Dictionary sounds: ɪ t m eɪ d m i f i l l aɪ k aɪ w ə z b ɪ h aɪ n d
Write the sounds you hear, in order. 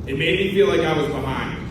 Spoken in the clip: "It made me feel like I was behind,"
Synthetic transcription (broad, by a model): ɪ t m eɪ d m i f i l l aɪ k aɪ w ə z b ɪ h aɪ n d